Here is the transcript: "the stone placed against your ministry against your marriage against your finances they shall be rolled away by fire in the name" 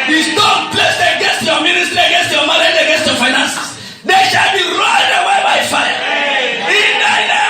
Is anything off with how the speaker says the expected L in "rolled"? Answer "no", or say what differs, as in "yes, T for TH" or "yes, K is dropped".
yes, L is dropped